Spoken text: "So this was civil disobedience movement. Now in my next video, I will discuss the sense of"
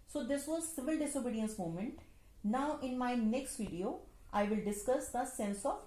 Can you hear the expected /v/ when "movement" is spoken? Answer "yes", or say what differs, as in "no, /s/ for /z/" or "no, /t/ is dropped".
no, /v/ is dropped